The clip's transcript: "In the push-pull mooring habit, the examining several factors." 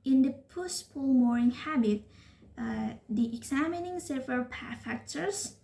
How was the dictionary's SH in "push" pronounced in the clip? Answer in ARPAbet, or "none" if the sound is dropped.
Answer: S